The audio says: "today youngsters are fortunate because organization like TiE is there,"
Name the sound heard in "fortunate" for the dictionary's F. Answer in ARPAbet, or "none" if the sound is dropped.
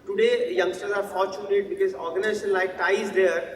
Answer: F